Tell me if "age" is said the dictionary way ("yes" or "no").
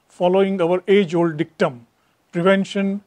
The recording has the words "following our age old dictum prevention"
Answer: yes